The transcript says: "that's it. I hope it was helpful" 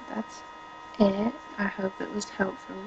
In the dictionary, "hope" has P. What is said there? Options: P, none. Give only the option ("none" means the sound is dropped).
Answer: P